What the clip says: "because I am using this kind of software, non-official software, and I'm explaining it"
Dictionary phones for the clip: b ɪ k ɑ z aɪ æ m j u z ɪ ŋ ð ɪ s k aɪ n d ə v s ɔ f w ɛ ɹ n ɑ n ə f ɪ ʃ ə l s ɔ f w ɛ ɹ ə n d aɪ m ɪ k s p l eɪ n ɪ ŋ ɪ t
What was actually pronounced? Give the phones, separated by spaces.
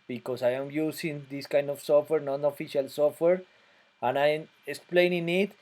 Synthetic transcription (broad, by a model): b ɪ k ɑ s aɪ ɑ m j u s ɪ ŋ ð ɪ s k aɪ n d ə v s ɔ f w ɛ ɹ n ɑ n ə f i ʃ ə l s ɔ f w ɛ ɹ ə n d aɪ m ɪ k s p l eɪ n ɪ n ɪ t